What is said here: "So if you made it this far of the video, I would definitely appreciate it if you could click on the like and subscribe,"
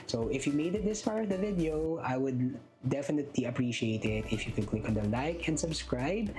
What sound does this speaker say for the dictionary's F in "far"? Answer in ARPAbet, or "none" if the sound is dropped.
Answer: P